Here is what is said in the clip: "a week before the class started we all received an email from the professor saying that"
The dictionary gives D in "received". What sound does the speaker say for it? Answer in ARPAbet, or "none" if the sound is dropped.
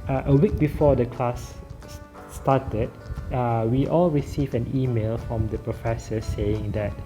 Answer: none